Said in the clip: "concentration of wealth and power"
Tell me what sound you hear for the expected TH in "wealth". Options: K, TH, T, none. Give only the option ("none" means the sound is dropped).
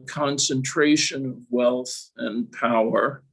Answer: TH